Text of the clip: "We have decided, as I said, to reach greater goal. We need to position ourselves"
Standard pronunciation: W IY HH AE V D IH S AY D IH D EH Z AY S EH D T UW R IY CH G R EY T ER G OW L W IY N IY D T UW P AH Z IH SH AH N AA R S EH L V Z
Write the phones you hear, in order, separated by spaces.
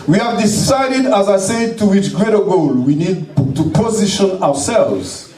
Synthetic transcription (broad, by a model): W IY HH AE V D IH S AY D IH D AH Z AY S EH D T UW W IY CH G R EY T ER G OW L W IY N IY D T UW P AH Z IH SH AH N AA R S EH L V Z